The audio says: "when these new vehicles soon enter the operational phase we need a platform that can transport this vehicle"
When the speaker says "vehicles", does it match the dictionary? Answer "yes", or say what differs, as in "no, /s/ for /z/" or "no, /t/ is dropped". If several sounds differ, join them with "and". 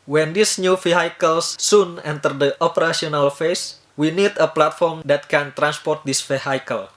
no, /f/ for /v/